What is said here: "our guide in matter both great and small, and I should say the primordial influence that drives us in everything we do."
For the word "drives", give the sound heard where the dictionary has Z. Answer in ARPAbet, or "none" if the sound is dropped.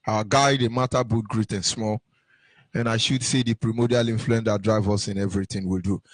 none